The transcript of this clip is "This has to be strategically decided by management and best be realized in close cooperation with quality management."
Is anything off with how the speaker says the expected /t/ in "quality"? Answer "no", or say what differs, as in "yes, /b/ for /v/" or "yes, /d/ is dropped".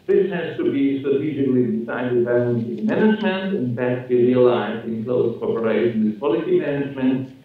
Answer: yes, /s/ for /t/